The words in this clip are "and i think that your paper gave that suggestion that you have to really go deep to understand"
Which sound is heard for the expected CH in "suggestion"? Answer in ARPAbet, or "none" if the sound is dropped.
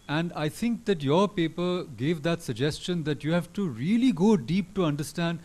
CH